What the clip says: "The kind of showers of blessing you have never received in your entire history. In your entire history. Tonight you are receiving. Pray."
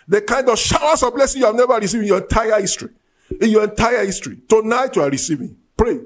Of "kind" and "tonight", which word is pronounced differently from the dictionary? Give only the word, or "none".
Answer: none